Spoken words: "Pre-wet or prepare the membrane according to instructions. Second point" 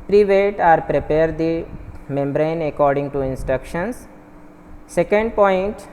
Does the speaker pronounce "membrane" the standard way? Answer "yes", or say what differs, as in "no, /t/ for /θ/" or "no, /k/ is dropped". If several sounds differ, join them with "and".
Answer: yes